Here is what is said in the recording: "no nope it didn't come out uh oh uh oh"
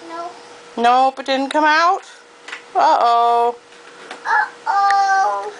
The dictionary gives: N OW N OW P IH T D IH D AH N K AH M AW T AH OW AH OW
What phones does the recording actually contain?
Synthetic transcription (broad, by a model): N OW N OW B IH T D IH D N K AH M AW T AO OW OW